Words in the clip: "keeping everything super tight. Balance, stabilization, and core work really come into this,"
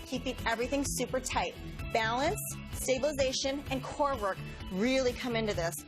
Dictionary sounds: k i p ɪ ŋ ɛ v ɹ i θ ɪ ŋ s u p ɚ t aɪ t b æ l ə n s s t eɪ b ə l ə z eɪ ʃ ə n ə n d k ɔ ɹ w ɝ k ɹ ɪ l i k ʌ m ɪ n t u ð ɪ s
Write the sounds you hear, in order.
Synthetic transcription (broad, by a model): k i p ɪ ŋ ɛ v ɹ i θ ɪ ŋ s u p ɚ t aɪ t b æ l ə n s s t eɪ b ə l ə z eɪ ʃ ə n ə n k ɔ ɹ w ɝ k ɹ ɪ l i k ʌ m ɪ n t u ð ɪ s